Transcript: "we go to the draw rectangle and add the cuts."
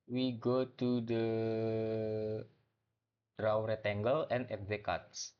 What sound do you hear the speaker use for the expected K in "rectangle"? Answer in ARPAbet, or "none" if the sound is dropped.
none